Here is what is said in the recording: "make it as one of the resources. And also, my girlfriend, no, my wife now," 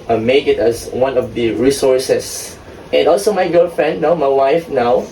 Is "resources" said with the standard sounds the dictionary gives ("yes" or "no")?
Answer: no